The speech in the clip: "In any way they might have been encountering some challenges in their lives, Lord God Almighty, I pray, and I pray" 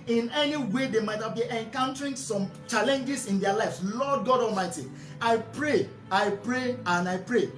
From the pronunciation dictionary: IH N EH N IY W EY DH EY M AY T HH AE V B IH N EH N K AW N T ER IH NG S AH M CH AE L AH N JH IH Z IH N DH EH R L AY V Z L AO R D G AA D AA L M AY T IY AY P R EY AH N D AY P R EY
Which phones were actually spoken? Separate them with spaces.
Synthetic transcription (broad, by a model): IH N EH N IY W EY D EY M AY T HH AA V B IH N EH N K AW N T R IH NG S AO M CH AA L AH N JH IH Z IH N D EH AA L AY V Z L AO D G AA D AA M AY T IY AY P R EY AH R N AY P R EY